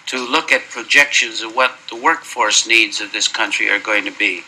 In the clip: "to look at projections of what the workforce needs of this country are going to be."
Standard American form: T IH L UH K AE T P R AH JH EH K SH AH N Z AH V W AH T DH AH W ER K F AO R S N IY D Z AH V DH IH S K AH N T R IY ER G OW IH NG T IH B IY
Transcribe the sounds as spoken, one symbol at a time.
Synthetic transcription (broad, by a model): T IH L UH K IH T P R AH JH EH K SH AH N Z AH V W AH T DH AH W ER K F AO R S N IY D Z AH V DH IH S K AH N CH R IY ER G OW IH NG T IH B IY